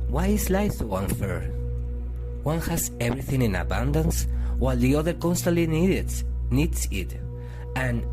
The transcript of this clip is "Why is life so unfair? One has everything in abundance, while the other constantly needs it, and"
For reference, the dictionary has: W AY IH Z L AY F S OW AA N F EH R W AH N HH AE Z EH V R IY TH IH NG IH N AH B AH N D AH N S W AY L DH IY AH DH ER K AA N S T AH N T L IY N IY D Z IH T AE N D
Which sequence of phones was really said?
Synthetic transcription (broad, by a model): W AY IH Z L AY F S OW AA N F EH R W AH N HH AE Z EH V R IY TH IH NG IH N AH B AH N D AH N S W AY L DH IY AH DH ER K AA N S T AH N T N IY N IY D S IH T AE N